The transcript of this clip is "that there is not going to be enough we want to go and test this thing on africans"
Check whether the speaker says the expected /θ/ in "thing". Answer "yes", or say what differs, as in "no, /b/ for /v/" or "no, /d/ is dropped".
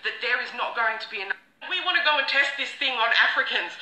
yes